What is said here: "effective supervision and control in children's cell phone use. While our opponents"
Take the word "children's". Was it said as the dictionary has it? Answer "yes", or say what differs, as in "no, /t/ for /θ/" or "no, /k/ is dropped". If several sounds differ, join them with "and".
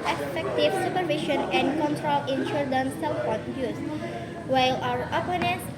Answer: no, /ɹ/ is dropped